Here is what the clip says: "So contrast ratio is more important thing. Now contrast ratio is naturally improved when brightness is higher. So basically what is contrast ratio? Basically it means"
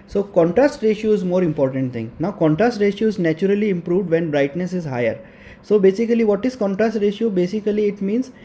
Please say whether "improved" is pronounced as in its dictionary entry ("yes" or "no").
yes